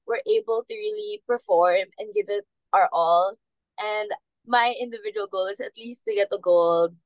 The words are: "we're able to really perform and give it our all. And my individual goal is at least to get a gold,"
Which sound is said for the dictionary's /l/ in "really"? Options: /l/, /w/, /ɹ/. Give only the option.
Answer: /l/